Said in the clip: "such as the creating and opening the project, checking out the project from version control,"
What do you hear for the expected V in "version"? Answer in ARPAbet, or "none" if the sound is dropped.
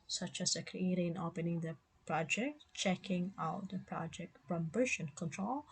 B